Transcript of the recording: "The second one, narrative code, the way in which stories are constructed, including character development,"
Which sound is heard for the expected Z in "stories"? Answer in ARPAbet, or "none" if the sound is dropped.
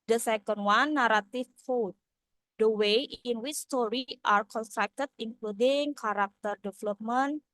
none